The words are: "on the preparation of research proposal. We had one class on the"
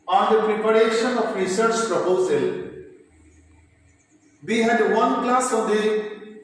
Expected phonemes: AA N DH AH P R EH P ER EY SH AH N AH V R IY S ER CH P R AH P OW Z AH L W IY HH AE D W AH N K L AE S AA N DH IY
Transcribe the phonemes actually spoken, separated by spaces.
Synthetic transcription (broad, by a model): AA N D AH P R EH P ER EY SH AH N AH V R IY S ER CH P R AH P OW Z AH L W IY HH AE D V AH N K L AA S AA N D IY